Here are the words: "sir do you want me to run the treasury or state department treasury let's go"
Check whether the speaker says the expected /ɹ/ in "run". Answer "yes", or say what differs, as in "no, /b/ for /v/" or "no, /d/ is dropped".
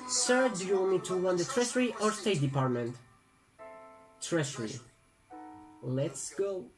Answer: no, /w/ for /ɹ/